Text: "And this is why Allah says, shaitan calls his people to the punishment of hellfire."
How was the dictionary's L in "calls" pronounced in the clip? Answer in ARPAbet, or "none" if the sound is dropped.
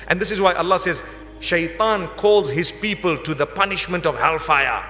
L